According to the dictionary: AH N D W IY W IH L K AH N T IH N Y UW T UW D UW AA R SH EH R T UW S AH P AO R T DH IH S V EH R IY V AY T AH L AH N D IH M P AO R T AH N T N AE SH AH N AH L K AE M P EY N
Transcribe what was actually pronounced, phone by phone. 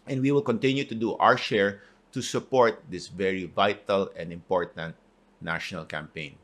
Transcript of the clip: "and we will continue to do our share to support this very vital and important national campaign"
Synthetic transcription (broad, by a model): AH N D W IY W IH L K AH N T IH N Y UW T UW D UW AA R SH EH R T UW S AH P AO R T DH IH S V EH R IY V AY T AH L AH N D IH M P AO R T AH N T N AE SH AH N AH L K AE M P EY N